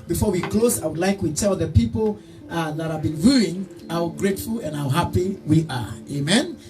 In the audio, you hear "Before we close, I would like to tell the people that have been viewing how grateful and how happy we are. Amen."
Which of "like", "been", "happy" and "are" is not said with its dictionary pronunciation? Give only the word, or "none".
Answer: none